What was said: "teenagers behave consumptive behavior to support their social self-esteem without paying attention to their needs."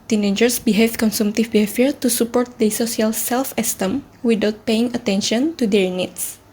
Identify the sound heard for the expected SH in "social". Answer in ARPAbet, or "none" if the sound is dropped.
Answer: S